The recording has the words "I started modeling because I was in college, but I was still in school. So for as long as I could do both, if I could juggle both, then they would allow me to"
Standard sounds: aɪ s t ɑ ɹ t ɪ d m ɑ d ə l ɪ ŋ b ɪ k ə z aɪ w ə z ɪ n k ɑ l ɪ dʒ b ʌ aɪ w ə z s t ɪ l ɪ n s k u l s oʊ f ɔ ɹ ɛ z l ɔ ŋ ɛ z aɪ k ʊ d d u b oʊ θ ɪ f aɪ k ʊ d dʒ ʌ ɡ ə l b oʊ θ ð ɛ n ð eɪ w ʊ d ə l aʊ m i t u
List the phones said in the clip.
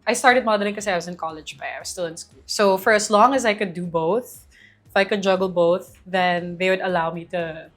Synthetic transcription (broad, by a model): aɪ s t ɑ ɹ t ɪ d m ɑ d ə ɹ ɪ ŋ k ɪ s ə aɪ w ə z ɪ n k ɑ l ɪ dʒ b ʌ aɪ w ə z s t ɪ l ɪ n s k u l s oʊ f ɔ ɹ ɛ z l ɔ ŋ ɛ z aɪ k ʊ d d u b oʊ θ ɪ f aɪ k ʊ d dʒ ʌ ɡ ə l b oʊ θ ð ɛ n ð eɪ w ʊ d ə l aʊ m i t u